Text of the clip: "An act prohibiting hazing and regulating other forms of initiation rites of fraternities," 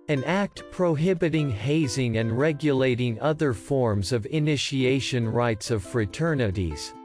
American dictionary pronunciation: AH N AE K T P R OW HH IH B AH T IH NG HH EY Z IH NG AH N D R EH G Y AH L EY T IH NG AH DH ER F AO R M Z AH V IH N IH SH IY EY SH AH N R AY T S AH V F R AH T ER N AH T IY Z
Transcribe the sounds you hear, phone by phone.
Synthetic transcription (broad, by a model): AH N AE K T P R OW HH IH B AH T IH NG HH EY Z IH NG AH N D R EH G Y AH L EY T IH NG AH DH ER F AO R M Z AH V IH N IH SH IY EY SH AH N R AY T S AH V F R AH T ER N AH T IY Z